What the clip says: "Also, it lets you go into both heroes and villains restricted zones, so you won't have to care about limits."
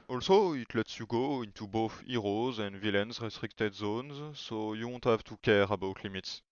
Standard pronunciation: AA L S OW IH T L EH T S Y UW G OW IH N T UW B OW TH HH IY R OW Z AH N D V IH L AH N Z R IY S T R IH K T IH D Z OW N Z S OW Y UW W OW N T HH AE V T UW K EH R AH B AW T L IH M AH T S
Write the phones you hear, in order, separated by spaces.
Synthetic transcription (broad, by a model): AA L S OW IH T L EH T S Y UW G OW IH N T UW B OW TH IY R OW Z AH N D V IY L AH N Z R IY S T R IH K T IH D Z OW N Z S OW Y UW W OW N T HH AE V T UW K EH R AH B AW T L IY M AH T S